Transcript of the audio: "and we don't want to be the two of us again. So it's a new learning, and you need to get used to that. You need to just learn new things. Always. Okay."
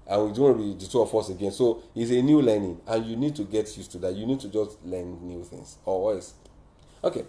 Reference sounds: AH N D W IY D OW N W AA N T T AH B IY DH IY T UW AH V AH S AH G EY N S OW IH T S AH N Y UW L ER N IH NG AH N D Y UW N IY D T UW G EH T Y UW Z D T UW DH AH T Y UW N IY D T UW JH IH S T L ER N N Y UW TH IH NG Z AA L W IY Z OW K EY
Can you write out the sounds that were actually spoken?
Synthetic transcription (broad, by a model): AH N W IY D OW N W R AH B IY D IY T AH F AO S AH G EY N S OW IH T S AH N Y UW L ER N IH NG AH N Y UW N IY D T UW G EH T Y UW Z T UW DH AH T Y UW N IY D T UW JH IH S T L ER N N Y UW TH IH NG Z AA W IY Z OW K EY